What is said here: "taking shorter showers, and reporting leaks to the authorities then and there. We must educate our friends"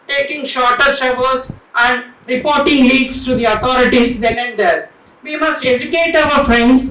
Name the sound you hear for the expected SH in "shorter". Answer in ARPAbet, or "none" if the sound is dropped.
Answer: SH